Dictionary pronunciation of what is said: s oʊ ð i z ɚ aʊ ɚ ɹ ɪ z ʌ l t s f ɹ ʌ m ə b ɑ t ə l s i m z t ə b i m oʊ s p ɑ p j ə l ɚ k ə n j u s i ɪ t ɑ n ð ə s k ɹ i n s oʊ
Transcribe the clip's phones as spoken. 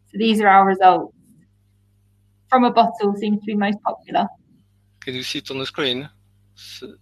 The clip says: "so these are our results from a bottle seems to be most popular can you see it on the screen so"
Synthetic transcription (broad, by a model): s oʊ ð i z ɚ aʊ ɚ ɹ ɪ z ʌ l t s f ɹ ʌ m ə b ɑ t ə l s i m z t ə b i m oʊ s p ɑ p j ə l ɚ k ə n j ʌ s i t n ð ə s k ɹ i n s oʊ